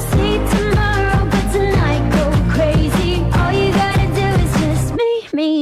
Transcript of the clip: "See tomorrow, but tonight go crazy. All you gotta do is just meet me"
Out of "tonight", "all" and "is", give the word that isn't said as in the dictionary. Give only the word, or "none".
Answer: none